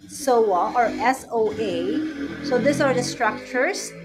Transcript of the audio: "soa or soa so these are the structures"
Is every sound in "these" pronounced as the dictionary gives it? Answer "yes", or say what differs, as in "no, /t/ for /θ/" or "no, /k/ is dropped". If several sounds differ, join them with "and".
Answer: no, /s/ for /z/